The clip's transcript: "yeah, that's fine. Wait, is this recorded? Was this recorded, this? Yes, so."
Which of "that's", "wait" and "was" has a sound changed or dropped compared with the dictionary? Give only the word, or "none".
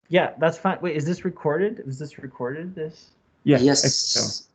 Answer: wait